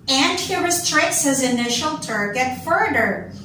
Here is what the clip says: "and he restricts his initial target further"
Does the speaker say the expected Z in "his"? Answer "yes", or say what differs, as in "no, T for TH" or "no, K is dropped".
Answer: yes